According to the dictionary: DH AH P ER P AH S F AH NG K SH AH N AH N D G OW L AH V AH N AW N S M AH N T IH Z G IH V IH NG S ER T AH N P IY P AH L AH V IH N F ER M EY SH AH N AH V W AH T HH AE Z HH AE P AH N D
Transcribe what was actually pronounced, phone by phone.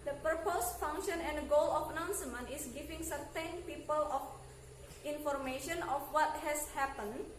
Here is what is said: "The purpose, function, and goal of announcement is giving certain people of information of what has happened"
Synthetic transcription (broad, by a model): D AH P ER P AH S F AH NG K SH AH N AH N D G OW L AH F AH N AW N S M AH N IH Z G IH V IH NG S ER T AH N P IY P AH L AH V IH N F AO M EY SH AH N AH F W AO T HH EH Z HH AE P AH N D